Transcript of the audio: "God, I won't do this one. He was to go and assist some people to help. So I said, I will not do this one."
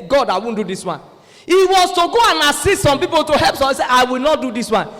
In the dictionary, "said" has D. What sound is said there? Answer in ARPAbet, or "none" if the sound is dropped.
none